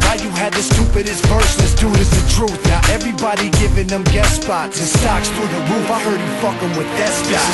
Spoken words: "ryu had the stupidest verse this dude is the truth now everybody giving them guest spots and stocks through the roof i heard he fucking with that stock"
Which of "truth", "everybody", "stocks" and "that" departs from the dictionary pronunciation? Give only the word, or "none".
none